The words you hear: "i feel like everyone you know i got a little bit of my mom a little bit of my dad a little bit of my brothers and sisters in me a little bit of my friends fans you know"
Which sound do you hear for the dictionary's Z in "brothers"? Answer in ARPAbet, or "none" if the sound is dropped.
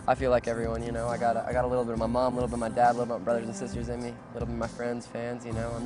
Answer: Z